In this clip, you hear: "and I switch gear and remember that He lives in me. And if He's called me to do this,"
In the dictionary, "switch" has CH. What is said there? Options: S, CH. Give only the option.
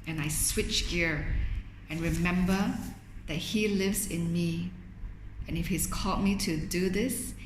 CH